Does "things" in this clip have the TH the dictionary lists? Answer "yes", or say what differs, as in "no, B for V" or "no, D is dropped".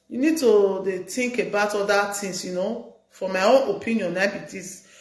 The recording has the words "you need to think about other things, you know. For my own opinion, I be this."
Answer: no, T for TH